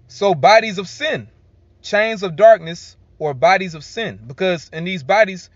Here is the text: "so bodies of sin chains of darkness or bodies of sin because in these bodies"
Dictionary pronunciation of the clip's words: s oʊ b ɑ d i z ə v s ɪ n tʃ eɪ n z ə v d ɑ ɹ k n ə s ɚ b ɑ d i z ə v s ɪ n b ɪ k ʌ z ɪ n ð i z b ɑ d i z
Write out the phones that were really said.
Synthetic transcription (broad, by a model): s oʊ b ɑ d i z ə v s ɪ n tʃ eɪ n z ə v d ɑ ɹ k n ə s ɚ b ɑ d i z ə v s ɪ n b ɪ k ʌ z ɪ n ð i z b ɑ d i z